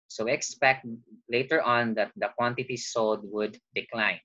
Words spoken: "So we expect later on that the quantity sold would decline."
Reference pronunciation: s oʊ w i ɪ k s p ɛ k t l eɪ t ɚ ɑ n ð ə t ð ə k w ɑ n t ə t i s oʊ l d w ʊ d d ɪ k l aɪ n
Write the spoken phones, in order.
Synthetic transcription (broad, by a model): s oʊ w i ɪ k s p ɛ k t l eɪ t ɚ ɑ n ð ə t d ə k w ɑ n t ə t i s oʊ l d w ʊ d d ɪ k l aɪ n